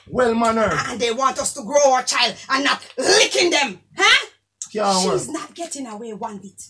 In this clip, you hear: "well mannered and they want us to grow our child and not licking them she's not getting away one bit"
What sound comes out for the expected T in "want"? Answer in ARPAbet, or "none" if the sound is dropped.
T